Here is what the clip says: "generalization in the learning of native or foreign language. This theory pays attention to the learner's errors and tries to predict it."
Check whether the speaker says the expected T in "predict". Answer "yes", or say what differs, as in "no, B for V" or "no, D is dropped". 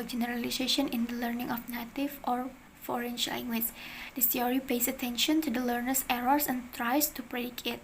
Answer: no, T is dropped